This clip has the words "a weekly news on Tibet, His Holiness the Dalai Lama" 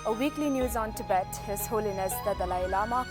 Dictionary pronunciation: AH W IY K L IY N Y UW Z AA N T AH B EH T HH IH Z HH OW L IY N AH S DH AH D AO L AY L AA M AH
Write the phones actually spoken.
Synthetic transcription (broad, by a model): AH W IY K L IY N Y UW Z AA N T AH B EH T HH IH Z HH OW L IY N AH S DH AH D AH L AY L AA M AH